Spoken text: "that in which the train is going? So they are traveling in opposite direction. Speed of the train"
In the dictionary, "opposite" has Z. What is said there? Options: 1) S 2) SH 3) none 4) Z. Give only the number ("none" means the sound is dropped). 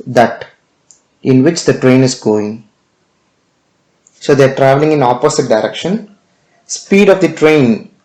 1